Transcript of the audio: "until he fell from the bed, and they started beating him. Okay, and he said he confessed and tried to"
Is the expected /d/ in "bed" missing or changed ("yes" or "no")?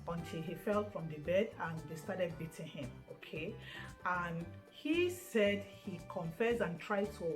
no